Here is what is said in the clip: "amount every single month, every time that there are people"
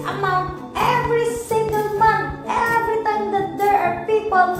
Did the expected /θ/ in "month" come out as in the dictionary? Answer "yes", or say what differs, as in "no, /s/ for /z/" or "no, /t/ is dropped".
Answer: no, /t/ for /θ/